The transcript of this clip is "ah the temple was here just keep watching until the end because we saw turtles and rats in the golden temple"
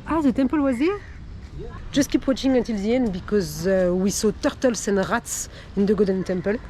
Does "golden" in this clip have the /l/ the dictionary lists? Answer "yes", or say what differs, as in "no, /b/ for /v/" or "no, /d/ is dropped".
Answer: no, /l/ is dropped